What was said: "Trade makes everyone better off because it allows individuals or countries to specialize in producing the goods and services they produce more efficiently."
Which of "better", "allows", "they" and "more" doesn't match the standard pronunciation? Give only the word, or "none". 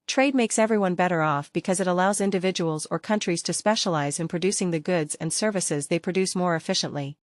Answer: none